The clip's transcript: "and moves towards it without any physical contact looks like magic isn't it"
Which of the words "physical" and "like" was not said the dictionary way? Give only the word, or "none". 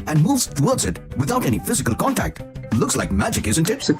none